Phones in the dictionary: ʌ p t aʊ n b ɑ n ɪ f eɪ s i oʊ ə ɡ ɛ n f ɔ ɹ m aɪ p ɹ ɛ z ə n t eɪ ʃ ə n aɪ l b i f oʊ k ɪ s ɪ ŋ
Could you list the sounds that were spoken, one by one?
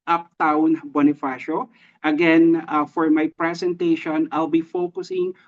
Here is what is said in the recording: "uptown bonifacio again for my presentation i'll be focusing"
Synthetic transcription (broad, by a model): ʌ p t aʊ n b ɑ n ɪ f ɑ ʃ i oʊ ə ɡ ɛ n f ɔ ɹ m aɪ p ɹ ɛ s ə n t eɪ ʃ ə n aɪ l b i f oʊ k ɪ s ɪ ŋ